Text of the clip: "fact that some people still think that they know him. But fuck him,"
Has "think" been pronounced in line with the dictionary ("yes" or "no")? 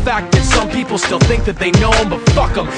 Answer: yes